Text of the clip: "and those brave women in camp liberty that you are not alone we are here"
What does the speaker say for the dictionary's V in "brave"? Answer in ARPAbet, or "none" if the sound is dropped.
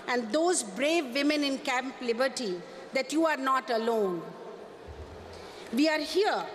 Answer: V